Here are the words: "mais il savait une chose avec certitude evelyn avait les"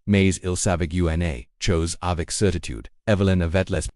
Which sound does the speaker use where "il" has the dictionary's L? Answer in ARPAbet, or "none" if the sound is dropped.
L